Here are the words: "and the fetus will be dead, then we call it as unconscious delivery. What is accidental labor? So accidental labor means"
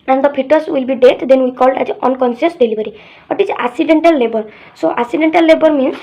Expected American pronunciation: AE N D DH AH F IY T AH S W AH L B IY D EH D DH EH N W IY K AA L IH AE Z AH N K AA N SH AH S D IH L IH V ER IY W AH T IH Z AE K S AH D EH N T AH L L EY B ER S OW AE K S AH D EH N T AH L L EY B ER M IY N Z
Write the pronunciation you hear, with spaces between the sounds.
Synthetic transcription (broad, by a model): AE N D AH P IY T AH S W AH L B IY D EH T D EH N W IY K AA L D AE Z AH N K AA N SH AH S D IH L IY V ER IY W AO T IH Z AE K S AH D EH N T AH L L EY B ER S OW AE K S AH D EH N T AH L L EY B ER M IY N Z